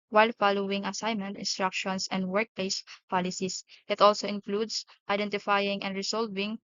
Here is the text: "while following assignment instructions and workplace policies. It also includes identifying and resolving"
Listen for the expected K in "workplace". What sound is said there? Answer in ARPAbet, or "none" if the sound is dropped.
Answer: K